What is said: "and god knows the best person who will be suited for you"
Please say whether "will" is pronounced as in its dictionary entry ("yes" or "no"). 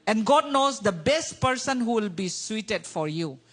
yes